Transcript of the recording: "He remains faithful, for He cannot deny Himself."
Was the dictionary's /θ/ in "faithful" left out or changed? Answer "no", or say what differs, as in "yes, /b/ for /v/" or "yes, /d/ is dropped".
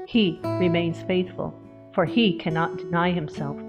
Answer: no